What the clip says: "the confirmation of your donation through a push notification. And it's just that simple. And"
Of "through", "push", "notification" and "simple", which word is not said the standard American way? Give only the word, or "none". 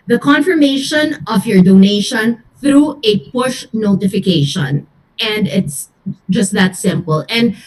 none